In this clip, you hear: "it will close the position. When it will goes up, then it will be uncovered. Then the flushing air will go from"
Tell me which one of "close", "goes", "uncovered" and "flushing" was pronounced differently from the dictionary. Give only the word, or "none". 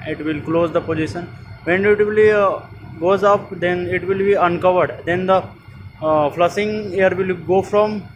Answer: flushing